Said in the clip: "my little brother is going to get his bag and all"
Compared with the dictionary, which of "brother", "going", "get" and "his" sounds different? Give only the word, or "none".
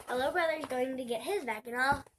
none